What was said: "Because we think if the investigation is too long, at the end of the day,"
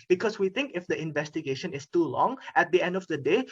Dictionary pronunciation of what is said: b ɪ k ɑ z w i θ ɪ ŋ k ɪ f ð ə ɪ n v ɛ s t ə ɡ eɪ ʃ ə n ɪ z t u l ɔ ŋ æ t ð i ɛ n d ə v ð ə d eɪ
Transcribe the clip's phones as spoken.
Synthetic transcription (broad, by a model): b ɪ k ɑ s w i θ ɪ ŋ k ɪ f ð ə ɪ n v ɛ s t ə ɡ eɪ ʃ ə n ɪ s t u l ɔ ŋ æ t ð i ɛ n d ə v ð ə d eɪ